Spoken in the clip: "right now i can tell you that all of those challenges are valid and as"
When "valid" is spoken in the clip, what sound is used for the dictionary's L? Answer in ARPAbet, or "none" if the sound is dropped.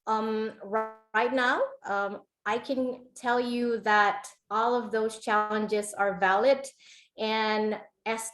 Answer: L